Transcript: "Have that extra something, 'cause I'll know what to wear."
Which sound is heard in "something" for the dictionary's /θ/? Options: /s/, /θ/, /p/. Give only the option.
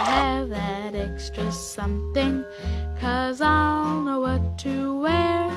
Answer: /θ/